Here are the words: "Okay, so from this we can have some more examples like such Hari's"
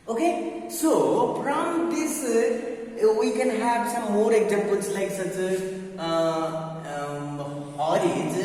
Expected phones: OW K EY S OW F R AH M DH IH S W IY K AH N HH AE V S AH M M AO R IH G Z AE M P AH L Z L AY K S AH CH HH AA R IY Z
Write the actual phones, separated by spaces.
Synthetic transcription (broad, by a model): OW K EY S OW P R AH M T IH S W IY K AH N HH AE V S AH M M AO R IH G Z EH P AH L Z L AY K S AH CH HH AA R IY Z